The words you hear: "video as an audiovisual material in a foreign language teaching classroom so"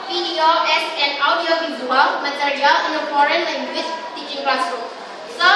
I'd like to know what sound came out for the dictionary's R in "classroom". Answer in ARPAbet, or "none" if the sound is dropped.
none